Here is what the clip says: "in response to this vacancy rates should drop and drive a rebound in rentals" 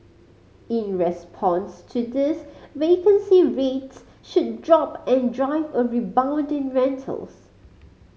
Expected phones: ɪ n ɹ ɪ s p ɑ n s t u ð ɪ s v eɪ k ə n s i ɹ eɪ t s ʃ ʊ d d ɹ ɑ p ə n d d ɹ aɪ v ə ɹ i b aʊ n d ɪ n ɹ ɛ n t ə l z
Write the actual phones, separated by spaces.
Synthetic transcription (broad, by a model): ɪ n ɹ ɪ s p ɑ n s t u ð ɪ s v eɪ k ə n s i ɹ eɪ t s ʃ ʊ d d ɹ ɑ p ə n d d ɹ aɪ v ə ɹ i b aʊ n d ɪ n ɹ ɛ n t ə l s